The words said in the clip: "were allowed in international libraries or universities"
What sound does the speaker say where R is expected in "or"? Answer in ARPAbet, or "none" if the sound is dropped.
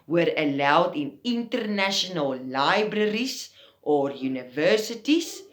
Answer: R